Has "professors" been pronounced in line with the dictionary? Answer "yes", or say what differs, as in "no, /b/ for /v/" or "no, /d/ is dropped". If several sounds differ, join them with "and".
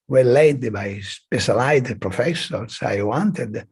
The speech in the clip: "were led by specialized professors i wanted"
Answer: no, /s/ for /z/